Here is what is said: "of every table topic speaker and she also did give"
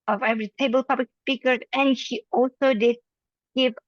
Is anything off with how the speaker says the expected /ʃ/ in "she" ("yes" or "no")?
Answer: no